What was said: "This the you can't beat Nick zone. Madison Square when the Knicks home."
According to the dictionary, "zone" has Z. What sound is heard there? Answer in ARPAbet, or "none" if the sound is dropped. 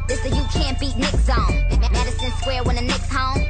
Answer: S